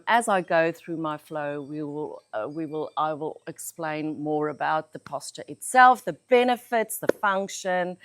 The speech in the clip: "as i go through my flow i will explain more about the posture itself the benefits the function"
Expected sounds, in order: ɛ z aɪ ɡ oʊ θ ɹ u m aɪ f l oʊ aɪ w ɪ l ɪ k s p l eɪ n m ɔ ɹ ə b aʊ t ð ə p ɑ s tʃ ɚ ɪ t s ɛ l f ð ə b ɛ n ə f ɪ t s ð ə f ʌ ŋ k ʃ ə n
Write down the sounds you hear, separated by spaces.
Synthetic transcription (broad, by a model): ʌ z aɪ ɡ oʊ θ ɹ u m aɪ f l oʊ aɪ w ɪ l ɪ k s p l eɪ n m ɔ ɹ ə b aʊ t ð ə p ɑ s tʃ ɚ ɪ t s ɛ l f ð ə b ɛ n ə f ɪ t s ð ə f ʌ ŋ k ʃ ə n